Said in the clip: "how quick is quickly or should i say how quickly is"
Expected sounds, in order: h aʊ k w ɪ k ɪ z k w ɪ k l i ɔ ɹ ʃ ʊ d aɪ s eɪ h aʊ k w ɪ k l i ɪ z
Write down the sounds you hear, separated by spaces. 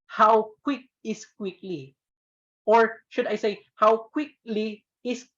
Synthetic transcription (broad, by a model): h aʊ k w ɪ k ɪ s k w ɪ k l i ɔ ɹ ʃ ʊ d aɪ s eɪ h aʊ k w ɪ k l i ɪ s